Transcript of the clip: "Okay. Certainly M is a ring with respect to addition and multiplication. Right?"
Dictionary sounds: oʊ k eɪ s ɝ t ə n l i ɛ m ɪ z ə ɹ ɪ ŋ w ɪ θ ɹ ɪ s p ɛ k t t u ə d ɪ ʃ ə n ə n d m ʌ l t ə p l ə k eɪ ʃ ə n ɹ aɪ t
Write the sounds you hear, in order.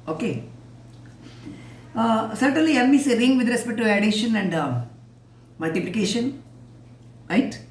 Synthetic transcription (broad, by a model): oʊ k eɪ s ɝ t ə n l i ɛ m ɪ s ə ɹ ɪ ŋ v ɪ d ɹ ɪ s p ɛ t t u ə d ɪ ʃ ə n ə n d m ʌ l t ə p l ə k eɪ ʃ ə n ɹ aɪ t